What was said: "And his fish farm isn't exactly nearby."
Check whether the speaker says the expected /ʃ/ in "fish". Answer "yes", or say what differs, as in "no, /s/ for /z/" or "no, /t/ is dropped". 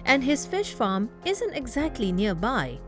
yes